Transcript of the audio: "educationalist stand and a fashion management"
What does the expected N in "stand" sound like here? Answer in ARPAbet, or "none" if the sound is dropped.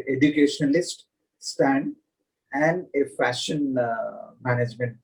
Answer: N